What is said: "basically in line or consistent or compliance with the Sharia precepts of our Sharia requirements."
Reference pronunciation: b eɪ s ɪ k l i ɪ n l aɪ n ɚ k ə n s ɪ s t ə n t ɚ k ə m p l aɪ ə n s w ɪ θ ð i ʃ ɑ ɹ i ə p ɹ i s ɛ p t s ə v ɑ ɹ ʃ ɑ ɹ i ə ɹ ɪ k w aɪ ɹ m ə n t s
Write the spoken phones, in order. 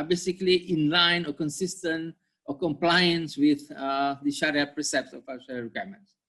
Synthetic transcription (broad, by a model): b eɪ s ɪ k l i ɪ n l aɪ n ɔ k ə n s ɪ s t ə n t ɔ k ə m p l aɪ ə n s w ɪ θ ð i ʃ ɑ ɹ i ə p ɹ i s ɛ p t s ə f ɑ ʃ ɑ ɹ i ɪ k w aɪ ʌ m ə n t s